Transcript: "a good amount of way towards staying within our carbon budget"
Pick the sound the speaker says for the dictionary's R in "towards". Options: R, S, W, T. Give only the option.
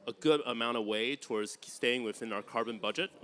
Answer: R